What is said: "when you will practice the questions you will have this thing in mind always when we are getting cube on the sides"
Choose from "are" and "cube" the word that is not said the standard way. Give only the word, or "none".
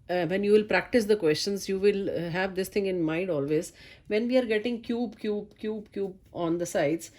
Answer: none